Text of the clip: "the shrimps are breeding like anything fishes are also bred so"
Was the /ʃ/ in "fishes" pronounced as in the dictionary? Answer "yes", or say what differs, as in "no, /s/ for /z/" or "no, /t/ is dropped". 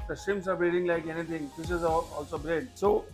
no, /s/ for /ʃ/